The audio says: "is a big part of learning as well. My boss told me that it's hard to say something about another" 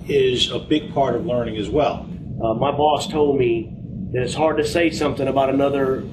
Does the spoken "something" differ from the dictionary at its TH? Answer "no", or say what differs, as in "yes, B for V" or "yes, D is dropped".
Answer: no